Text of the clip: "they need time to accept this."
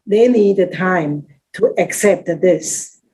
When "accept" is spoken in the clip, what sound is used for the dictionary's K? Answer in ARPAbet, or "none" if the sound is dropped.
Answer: K